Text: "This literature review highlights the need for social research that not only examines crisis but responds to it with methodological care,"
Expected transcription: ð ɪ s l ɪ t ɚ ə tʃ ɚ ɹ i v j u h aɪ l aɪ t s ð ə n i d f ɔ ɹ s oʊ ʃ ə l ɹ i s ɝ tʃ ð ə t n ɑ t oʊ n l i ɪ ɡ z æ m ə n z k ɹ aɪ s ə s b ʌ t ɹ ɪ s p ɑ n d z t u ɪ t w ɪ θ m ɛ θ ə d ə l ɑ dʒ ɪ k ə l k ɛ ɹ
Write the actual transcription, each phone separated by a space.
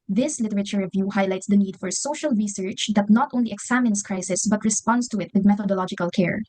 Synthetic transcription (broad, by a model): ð ɪ s l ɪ t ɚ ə tʃ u ɹ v j u h aɪ l aɪ t s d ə n i d f ɔ ɹ s oʊ ʃ ə l ɹ i s ɝ tʃ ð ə t n ɑ t oʊ n l i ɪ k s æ m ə n s k ɹ aɪ s ə s b ʌ t ɹ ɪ s p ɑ n d s t u ɪ t w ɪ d m ɛ θ ə d ə l ɑ dʒ ɪ k ə l k ɛ ɹ